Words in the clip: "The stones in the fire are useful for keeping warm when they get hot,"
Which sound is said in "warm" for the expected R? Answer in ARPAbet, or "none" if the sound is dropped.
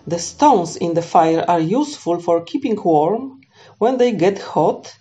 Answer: R